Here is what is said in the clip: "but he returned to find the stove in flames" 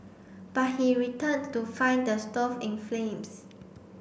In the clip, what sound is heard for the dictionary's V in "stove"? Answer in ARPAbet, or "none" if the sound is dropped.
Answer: F